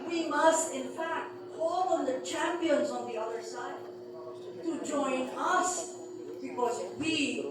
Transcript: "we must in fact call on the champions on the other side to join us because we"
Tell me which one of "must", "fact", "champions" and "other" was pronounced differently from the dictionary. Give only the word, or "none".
none